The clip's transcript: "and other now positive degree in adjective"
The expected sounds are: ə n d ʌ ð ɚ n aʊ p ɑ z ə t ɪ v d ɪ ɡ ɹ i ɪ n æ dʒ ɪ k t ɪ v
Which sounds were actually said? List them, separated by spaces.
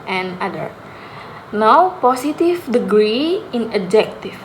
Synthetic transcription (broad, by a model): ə n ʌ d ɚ n aʊ p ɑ s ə t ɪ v d ɪ ɡ ɹ i ɪ n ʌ dʒ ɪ k t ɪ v